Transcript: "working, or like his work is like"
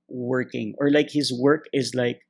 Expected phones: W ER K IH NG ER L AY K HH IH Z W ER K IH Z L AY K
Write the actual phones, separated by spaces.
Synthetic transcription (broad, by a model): W ER K IH NG ER L AY K HH IH Z W ER K IH Z L AY K